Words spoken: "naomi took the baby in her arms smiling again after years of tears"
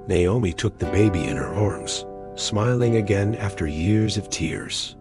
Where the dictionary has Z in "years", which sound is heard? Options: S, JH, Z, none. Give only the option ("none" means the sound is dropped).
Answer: Z